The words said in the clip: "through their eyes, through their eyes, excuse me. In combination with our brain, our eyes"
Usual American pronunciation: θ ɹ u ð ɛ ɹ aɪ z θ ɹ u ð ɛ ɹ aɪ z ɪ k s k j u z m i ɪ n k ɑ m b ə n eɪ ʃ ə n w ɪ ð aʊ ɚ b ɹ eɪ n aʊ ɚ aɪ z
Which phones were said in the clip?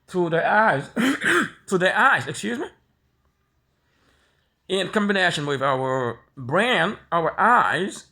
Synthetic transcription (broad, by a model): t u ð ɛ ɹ aɪ z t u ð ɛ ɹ aɪ z ɪ k s k j u z m i ɪ n k ɑ m b ə n eɪ ʃ ə n w ɪ ð aʊ ɚ b ɹ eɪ n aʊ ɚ aɪ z